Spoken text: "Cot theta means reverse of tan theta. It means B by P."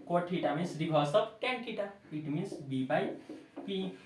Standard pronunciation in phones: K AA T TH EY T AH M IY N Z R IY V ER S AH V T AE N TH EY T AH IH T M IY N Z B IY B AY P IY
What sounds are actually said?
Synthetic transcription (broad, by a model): K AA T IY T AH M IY N S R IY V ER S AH P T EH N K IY T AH IH T M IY N S B IY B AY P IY